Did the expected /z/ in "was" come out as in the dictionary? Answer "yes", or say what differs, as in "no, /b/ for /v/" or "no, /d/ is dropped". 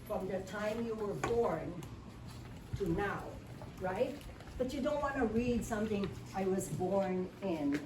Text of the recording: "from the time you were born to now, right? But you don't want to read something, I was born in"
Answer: yes